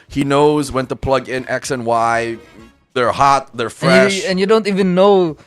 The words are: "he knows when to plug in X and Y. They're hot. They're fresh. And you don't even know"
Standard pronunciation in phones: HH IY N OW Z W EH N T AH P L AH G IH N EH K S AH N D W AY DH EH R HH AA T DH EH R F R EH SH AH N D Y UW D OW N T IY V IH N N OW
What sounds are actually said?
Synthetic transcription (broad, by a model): HH IY N OW Z W EH N T AH P L AH G IH N EH K S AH N W AY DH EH R HH AA T DH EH R F R EH SH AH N Y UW D OW N T IY V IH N N OW